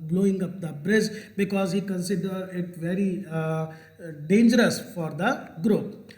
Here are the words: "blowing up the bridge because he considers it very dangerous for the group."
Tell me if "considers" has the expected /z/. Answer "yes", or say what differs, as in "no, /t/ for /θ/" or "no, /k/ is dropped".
no, /z/ is dropped